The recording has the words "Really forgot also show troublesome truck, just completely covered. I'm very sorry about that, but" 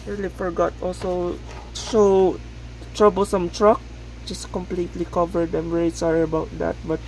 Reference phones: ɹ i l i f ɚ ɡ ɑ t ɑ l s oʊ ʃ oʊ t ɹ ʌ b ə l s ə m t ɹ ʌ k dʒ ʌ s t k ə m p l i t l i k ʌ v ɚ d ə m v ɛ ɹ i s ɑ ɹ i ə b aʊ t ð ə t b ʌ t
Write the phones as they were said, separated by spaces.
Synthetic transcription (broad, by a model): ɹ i l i f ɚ ɡ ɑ t ɑ l s oʊ ʃ oʊ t ɹ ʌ b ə l s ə m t ɹ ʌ k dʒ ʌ s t k ə m p l i t l i k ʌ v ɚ d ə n v ɛ ɹ i s ɑ ɹ i ə b aʊ t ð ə t b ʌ t